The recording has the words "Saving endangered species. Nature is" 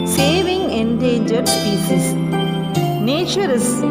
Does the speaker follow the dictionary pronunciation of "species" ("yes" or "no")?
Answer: no